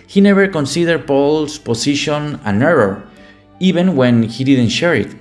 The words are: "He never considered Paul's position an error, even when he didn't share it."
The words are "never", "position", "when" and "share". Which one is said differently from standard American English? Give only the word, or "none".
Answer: position